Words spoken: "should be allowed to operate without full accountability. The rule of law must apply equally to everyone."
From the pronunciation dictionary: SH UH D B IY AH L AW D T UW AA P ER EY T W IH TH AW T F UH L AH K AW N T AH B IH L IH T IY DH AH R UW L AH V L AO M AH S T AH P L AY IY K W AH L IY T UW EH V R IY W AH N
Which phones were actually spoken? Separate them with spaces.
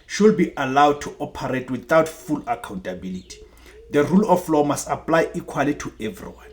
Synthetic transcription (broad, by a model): SH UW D B IY AH L AW D T UW AA P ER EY T W IH TH AW T F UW L AH K AW N T AH B IH L IH T IY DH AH R UW L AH F L AO M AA S T AH P L AY IY K W AH L IY T UW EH V R IY W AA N